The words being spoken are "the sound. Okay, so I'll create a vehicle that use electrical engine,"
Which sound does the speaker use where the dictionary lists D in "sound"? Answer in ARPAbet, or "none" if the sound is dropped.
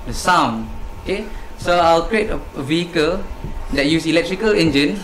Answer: none